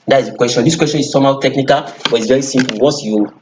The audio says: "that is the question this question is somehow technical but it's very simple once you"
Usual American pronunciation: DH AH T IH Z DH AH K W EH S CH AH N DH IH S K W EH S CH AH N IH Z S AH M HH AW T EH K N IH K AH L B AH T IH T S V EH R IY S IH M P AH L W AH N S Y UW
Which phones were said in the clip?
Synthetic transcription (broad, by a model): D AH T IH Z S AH K W EH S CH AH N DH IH S K W EH S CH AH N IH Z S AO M HH AW T EH K N IH K AH L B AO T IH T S V EH R IY S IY M P L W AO S Y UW